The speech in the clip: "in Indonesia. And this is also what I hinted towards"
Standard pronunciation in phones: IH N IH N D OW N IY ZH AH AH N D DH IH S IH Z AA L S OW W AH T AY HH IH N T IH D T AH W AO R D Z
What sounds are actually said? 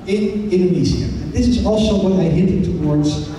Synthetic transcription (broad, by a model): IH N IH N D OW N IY Z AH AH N DH IH S IH Z AA L S OW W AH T AY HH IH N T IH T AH W AO R D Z